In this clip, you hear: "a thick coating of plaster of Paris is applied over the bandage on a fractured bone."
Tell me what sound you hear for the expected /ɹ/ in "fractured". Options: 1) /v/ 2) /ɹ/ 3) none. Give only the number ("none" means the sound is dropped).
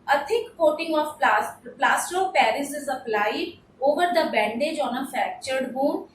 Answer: 3